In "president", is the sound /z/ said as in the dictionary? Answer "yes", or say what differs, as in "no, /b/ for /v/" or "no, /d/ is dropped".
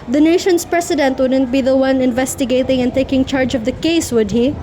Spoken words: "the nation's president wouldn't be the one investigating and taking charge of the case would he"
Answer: no, /s/ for /z/